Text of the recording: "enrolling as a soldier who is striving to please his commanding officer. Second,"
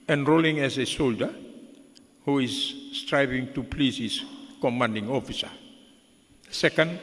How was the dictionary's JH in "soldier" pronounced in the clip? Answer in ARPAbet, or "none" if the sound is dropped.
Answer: JH